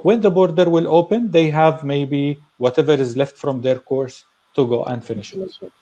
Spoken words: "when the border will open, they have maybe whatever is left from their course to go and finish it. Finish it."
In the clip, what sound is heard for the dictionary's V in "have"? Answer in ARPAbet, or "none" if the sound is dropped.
V